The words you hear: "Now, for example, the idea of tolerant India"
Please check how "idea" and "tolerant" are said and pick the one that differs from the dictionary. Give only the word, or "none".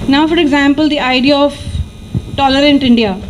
none